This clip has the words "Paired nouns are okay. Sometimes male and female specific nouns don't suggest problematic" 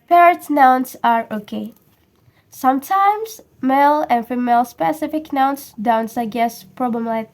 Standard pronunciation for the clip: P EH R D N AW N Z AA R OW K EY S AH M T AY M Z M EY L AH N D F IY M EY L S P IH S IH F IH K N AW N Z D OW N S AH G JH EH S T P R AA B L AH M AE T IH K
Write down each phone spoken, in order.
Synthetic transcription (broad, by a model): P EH R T N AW N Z AA R OW K EY S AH M T AY M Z M EY L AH N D F IY M EY L S P IH S IH F IH K N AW N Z D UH N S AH G EH S P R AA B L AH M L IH